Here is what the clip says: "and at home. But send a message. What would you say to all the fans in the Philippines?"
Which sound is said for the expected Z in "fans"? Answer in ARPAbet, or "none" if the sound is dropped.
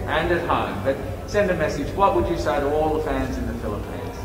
Z